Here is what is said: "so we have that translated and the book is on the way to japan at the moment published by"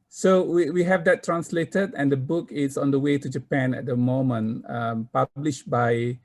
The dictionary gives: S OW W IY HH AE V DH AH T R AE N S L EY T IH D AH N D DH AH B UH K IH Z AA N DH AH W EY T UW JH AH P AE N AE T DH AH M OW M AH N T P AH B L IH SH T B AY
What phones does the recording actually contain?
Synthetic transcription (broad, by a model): S OW W IY HH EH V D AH T R AE N S L EY T IH D AH N D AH B UH K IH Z AA N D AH W EY T UW JH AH P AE N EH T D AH M OW M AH N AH P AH B L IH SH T B AY